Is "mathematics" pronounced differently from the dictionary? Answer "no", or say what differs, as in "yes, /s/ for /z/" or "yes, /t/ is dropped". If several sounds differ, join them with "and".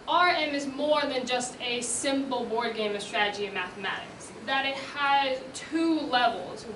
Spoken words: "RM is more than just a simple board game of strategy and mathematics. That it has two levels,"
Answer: no